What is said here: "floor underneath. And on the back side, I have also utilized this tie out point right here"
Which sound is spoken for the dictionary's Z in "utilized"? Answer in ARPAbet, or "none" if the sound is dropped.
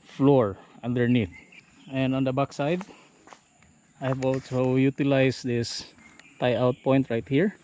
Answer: S